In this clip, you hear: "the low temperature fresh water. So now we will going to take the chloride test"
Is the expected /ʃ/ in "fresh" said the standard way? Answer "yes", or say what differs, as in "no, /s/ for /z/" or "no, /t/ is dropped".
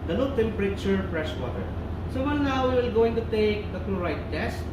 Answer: no, /s/ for /ʃ/